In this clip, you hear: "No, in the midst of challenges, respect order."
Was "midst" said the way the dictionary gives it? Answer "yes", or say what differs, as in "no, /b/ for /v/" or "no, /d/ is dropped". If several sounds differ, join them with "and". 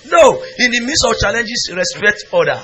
no, /t/ is dropped